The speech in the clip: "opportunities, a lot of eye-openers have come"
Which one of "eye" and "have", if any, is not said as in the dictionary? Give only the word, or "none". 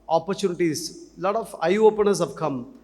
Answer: have